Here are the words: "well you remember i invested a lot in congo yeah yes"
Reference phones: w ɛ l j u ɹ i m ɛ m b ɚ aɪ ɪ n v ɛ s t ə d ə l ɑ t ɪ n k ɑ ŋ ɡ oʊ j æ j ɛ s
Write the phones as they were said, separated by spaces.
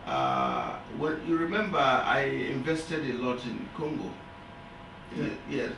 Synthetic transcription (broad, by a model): w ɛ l j u ɹ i m ɛ m b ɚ aɪ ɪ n v ɛ s t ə d ə l ɑ t ɪ n k ɑ ŋ ɡ oʊ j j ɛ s